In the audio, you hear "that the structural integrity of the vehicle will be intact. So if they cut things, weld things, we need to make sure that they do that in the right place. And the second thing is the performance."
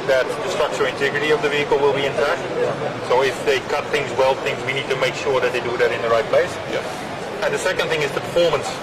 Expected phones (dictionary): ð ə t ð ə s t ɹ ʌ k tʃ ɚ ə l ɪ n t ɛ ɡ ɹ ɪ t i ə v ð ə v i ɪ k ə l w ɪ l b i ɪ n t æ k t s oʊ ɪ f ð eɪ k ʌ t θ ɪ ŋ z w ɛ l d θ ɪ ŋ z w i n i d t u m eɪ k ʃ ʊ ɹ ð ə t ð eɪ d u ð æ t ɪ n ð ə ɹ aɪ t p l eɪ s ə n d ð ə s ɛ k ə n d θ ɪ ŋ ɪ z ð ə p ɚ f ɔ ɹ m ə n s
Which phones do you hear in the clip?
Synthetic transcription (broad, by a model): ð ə t ð ə s t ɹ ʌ k tʃ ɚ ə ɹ ɪ n t ɛ ɡ ɹ ɪ t i ə v ð ə v i ɪ k ə l w ɪ l b i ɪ n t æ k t s oʊ ɪ f ð eɪ k ʌ t θ ɪ ŋ z w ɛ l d θ ɪ ŋ z w i n i d t u m eɪ k ʃ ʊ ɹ ð ə t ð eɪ d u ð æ t ɪ n ð ə ɹ aɪ t p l eɪ s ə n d ð ə s ɛ k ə n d θ ɪ ŋ ɪ z ð ə p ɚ f ɔ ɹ m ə n s